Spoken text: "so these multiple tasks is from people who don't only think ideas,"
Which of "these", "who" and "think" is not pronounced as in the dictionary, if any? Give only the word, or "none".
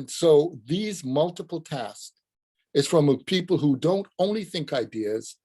none